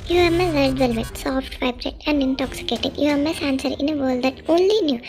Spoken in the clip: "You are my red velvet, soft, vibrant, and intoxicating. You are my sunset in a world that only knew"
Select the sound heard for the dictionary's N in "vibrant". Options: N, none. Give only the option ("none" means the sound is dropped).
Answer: none